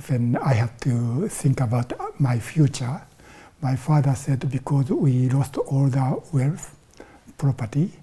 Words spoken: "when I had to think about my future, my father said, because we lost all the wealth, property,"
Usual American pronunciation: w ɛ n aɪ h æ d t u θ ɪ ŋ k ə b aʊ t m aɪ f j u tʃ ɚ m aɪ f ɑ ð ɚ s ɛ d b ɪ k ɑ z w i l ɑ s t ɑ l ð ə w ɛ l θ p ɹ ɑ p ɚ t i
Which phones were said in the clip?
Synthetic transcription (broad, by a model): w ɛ n aɪ h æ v t u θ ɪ ŋ k ə b aʊ t m aɪ f j u tʃ ɚ m aɪ f ɑ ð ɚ s ɛ d b ɪ k ɑ z w i l ɑ s t ɑ l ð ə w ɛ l f p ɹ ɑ p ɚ t i